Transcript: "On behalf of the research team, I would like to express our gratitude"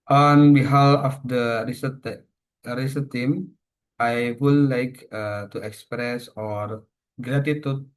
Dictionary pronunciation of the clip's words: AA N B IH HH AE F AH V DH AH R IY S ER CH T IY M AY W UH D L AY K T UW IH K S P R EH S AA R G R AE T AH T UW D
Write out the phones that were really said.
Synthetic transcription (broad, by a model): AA N B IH HH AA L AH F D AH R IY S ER S T IY M AY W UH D L AY K T UW IH K S P R EH S AA R G R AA T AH T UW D